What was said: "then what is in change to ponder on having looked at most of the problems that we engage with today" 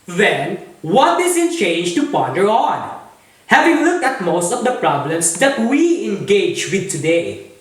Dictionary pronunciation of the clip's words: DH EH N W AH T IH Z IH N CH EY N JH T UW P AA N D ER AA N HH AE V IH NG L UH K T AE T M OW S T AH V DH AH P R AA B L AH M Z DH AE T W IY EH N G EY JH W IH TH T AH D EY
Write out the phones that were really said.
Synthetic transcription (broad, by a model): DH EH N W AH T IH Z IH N CH EY N JH T UW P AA D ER AA N HH AE V IH NG L UH K T AE T M OW S T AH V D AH P R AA B L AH M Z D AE T W IY EH N G EY JH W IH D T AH D EY